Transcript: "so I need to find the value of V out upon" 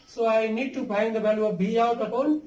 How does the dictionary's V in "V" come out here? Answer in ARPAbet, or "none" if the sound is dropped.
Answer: B